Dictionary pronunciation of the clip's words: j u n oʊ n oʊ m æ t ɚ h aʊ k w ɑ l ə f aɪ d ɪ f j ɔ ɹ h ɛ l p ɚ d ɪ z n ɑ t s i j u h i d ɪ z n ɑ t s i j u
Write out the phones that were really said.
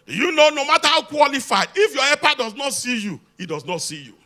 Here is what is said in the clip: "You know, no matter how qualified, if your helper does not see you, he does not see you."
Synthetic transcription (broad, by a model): j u n oʊ n oʊ m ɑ t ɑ h aʊ k w ɑ l ə f aɪ d ɪ f j ɔ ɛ p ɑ d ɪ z n ɑ t s i j u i d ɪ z n ɑ t s i j u